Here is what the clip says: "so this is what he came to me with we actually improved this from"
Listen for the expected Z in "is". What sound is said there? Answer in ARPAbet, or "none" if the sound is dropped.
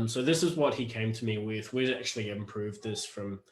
Z